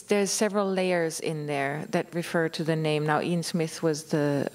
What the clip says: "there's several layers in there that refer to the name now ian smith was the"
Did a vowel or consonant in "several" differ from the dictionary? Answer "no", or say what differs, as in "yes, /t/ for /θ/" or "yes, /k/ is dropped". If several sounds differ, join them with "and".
no